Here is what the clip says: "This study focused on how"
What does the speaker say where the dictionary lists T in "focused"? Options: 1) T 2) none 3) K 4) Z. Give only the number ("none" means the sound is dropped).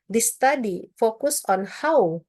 2